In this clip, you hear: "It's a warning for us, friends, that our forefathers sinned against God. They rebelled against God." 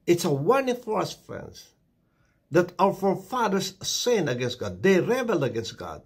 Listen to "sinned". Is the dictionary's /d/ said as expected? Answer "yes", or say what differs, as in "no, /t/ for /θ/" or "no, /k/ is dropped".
no, /d/ is dropped